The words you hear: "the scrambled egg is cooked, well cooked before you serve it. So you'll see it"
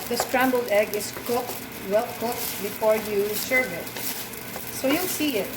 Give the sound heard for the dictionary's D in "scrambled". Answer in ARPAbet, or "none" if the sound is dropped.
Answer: D